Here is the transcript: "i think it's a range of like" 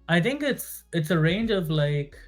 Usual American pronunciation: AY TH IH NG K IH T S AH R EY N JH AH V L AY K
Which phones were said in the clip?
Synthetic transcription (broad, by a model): AY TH IH NG K IH T S AH R EY N JH AH V L AY K